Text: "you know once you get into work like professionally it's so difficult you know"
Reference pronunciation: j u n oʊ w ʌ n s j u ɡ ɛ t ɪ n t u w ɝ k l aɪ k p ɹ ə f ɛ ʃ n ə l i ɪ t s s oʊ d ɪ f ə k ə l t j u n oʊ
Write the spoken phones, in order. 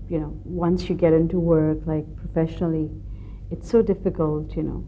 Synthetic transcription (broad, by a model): j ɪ n oʊ w ʌ n s j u ɡ ɛ t ɪ n t u w ɝ k l aɪ k p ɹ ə f ɛ ʃ n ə l i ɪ t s s oʊ d ɪ f ə k ə l t j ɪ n oʊ